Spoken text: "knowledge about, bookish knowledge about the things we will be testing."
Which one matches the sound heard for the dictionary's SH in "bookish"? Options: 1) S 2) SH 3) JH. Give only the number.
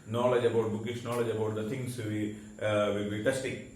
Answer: 1